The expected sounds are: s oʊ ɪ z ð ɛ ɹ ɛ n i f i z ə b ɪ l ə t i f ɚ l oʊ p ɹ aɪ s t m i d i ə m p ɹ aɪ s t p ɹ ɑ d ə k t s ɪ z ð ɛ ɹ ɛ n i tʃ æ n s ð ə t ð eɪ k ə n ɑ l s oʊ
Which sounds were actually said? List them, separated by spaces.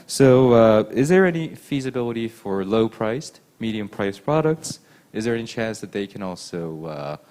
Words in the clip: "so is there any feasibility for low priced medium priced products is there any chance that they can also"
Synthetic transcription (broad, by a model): s oʊ ɪ z ð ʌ ɹ ɛ n i f i z ə b ɪ l ə t i f ɚ l oʊ p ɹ aɪ s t m i d i ə m p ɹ aɪ s p ɹ ɑ d ə k t s ɪ z ð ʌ ɹ ɛ n i tʃ æ n s ð ə t ð eɪ k ə n ɑ l s oʊ